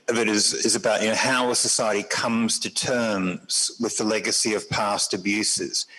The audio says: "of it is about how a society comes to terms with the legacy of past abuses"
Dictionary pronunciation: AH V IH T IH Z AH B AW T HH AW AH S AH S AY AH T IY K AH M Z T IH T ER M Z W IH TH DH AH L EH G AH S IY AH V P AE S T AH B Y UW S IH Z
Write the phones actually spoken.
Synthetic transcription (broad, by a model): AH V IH T IH Z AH B AW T HH AW AH S AH S AY AH T IY K AH M Z T IH T ER M Z W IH DH AH L EH G AH S IY AH V P AE S T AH B Y UW S IH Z